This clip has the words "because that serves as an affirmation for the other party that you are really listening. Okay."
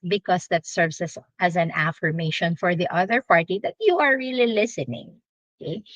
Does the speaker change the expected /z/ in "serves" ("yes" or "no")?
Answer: yes